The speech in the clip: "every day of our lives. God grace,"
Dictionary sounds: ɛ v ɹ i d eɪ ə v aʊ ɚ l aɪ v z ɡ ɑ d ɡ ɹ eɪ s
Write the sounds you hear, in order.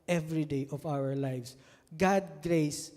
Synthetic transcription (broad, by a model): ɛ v ɹ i d eɪ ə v aʊ ɚ l aɪ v s ɡ ɑ d ɡ ɹ eɪ s